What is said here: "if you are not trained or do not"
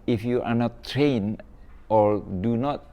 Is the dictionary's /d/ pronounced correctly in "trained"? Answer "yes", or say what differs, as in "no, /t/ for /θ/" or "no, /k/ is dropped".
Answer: no, /d/ is dropped